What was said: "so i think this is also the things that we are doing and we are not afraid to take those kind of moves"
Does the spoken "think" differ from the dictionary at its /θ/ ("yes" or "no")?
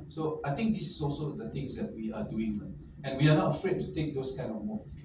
yes